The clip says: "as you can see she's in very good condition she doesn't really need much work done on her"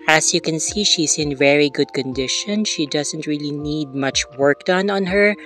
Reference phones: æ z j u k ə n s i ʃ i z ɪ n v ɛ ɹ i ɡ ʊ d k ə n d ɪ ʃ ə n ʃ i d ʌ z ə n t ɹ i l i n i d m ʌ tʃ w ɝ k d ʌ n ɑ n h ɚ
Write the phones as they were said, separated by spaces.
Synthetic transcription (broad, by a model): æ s j u k ə n s i ʃ i s ɪ n v ɛ ɹ i ɡ ʊ d k ə n d ɪ ʃ ə n ʃ i d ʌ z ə n t ɹ i l i n i d m ʌ tʃ w ɝ k d ʌ n ɑ n h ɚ